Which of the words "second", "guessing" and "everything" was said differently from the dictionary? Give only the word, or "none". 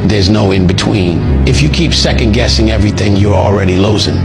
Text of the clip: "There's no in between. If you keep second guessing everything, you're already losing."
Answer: none